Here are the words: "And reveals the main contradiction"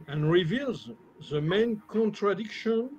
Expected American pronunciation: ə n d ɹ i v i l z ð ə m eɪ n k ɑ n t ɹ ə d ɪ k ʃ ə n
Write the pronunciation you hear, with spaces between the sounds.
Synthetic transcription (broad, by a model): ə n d ɹ i v i l z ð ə m eɪ n k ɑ n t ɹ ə d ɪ k ʃ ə n